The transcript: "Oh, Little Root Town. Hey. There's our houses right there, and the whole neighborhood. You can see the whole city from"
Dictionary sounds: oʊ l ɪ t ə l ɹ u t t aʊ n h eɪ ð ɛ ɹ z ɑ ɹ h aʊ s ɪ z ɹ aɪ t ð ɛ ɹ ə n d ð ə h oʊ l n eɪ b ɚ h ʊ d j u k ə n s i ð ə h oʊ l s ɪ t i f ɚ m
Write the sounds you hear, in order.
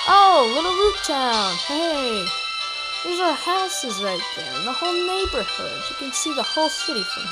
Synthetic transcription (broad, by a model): oʊ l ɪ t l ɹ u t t aʊ n h eɪ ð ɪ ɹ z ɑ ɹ h aʊ s ɪ z ɹ aɪ t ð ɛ ɹ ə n ð ə h oʊ l n eɪ b ɚ h ʊ d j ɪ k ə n s i ð ə h oʊ l s ɪ t i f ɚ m